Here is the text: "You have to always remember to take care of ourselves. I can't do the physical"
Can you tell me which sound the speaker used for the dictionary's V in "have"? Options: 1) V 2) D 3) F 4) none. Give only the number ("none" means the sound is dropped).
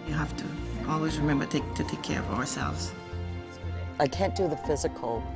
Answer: 3